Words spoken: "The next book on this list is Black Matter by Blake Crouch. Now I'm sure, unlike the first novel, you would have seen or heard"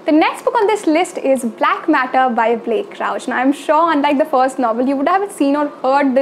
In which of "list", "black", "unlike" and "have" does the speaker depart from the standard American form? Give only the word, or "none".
none